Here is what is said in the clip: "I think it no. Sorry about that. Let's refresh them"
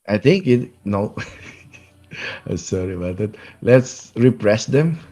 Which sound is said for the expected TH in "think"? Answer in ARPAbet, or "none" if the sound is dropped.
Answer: T